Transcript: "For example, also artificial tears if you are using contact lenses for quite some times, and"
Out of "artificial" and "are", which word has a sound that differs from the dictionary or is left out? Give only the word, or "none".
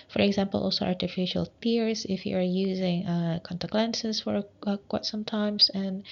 none